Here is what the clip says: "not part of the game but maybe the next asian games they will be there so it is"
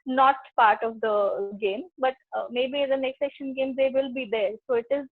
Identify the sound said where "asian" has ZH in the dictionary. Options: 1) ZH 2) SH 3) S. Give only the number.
2